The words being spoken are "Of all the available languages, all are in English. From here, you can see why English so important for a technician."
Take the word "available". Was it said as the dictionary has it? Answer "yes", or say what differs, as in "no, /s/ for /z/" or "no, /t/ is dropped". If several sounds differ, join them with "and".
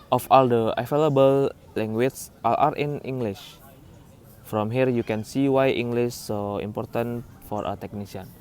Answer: no, /f/ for /v/